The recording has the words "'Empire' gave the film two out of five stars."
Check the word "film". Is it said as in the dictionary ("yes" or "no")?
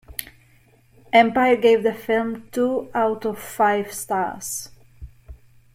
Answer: yes